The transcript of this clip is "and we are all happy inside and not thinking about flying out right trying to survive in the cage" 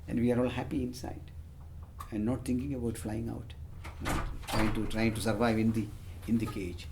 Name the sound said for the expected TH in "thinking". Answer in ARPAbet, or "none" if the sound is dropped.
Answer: T